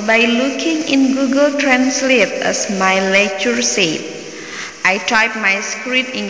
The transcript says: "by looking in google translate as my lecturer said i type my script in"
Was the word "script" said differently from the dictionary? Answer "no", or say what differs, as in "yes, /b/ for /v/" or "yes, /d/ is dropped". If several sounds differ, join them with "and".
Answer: yes, /p/ is dropped